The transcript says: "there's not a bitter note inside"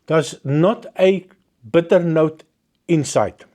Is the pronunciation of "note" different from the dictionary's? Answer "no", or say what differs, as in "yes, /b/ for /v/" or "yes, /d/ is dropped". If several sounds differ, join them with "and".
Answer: no